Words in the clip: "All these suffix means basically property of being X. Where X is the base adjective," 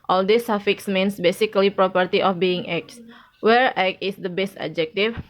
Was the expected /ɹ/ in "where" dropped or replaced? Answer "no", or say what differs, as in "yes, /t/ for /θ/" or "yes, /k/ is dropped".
no